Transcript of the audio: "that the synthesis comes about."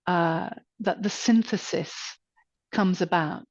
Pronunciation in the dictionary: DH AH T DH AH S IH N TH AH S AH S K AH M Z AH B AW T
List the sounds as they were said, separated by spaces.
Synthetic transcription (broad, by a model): DH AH T DH AH S IH N TH AH S AH S K AH M Z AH B AW T